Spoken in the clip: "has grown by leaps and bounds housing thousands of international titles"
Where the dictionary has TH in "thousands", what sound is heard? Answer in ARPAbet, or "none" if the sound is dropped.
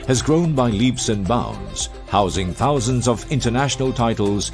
TH